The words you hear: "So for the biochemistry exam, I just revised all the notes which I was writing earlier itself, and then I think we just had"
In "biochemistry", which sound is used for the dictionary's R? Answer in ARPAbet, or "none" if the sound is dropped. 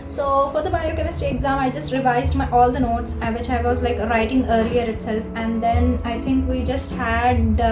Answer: none